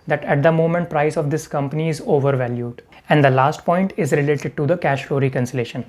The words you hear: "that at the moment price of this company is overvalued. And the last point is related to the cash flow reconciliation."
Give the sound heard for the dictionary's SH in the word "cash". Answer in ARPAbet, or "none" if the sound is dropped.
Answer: SH